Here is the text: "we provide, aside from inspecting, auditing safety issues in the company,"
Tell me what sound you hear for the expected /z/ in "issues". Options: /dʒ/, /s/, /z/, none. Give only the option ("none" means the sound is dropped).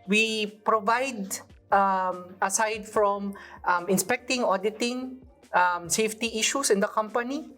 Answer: /s/